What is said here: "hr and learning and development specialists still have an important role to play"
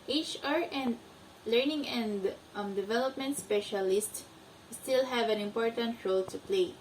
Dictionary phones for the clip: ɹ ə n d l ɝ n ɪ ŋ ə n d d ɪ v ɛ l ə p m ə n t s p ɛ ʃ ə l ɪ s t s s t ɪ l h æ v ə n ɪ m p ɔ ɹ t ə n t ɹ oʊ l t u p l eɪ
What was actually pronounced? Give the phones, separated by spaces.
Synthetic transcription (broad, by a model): ɹ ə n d l ɝ n ɪ ŋ ə n d d ɪ v ɛ l ə p m ə n t s p ɛ ʃ ə l ɪ s t s s t ɪ l h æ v ə n ɪ m p ɔ ɹ t ə n t ɹ oʊ l t u p l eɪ